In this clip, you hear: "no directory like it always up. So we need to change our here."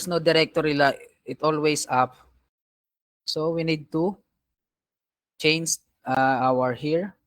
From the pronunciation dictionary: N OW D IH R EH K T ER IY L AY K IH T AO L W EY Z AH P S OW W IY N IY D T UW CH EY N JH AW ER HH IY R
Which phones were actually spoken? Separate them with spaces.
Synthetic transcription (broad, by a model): N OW D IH R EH K T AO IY L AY IH T AO L W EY S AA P S OW W IY N IY D T UW CH EY N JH AW ER HH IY R